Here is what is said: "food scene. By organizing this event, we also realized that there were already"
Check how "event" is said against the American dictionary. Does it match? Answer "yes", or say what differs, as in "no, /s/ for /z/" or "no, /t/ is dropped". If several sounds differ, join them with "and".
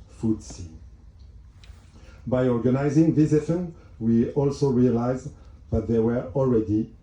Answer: no, /f/ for /v/